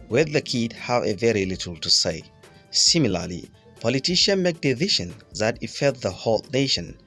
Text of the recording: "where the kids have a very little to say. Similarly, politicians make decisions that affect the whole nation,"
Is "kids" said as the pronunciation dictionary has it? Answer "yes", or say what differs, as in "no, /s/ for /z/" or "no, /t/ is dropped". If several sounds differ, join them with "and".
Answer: no, /z/ is dropped